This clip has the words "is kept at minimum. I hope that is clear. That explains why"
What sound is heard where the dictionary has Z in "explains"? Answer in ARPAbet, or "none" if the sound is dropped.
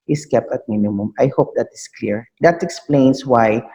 S